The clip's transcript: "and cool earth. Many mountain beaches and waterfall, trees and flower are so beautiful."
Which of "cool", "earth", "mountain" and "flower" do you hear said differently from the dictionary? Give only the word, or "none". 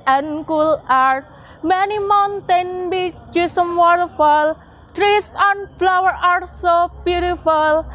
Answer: earth